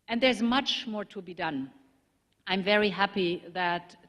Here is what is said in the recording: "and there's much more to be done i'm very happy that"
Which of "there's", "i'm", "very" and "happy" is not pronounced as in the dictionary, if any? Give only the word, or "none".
none